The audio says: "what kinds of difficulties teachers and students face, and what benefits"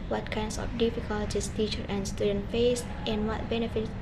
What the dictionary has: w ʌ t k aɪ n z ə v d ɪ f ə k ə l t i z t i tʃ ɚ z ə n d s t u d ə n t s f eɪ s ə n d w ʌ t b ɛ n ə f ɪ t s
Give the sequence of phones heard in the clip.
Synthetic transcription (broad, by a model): w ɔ t k aɪ n s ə f d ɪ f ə k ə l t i s t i tʃ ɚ ə n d s t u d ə n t f eɪ s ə n w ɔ t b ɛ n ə f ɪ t